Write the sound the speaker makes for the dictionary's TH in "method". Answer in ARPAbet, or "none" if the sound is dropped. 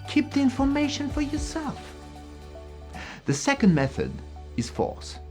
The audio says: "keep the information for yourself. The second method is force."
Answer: TH